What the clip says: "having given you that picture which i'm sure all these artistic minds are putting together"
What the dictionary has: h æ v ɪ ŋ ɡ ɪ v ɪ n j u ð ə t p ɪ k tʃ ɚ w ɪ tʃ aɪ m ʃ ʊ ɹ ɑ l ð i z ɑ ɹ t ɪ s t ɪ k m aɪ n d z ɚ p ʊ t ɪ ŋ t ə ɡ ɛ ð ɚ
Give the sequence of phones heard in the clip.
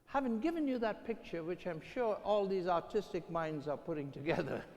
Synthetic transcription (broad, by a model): h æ v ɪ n ɡ ɪ v ɪ n j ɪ ð ə t p ɪ k tʃ ɚ w ɪ tʃ aɪ m ʃ ʊ ɹ ɑ l ð i z ɑ ɹ t ɪ s t ɪ k m aɪ n d z ɚ p ʊ t ɪ ŋ t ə ɡ ɛ ð ɚ